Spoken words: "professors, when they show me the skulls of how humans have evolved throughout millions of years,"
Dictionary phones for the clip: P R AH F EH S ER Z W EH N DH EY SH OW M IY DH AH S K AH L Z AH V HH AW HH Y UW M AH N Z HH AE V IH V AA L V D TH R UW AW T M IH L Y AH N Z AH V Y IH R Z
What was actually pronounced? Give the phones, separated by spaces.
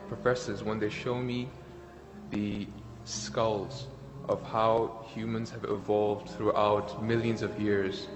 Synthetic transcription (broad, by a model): P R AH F EH S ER Z W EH N DH EY SH OW M IY DH AH S K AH L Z AH V HH AW HH Y UW M AH N Z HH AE V IH V AA L V D TH R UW AW T M IH L Y AH N Z AH V Y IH R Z